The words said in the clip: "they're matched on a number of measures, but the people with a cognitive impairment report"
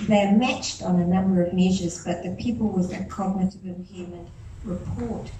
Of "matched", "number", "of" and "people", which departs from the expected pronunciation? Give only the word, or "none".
none